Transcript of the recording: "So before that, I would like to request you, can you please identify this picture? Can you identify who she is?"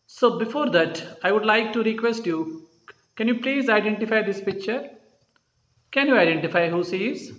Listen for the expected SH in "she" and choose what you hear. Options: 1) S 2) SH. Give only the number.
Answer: 1